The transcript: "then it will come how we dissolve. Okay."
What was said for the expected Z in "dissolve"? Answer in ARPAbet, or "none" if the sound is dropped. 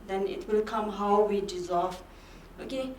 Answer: Z